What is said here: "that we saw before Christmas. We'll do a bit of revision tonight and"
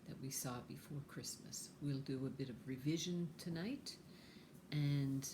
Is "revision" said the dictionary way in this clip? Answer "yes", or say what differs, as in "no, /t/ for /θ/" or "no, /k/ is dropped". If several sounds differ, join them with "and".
yes